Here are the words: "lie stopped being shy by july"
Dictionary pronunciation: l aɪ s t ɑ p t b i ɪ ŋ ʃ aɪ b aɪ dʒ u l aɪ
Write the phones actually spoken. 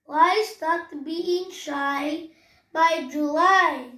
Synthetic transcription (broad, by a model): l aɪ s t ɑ t b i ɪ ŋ ʃ aɪ b aɪ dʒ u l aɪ